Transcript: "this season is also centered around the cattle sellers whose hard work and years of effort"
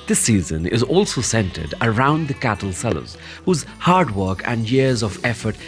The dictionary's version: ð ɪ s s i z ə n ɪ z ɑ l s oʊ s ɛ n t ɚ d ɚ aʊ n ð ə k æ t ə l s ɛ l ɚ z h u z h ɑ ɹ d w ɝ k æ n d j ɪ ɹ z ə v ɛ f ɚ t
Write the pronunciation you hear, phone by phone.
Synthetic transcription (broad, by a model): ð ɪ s s i z ə n ɪ z ɑ l s oʊ s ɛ n t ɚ d ɚ aʊ n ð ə k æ t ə l s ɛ l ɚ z h u z h ɑ ɹ d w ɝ k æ n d j ɪ ɹ z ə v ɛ f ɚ t